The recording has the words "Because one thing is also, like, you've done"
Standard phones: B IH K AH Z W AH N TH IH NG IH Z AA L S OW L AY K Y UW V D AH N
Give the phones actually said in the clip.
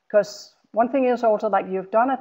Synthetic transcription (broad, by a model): K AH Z W AH N TH IH NG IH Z AA L S OW L AY K Y UW V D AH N